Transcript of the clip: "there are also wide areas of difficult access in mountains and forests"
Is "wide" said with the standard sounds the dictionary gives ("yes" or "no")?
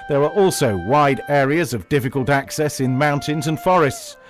yes